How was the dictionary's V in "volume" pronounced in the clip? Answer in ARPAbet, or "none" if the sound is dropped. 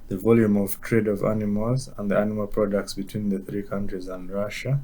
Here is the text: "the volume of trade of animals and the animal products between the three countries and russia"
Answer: V